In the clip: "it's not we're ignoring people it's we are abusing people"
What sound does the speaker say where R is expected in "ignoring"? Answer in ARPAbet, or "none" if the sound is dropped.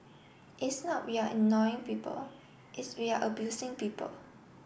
none